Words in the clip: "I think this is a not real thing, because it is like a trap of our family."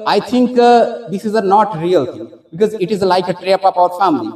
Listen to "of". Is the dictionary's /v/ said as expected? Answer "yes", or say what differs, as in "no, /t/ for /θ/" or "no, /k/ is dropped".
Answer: no, /p/ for /v/